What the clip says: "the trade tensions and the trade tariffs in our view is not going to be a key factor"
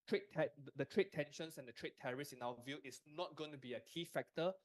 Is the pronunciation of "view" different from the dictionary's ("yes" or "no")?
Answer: no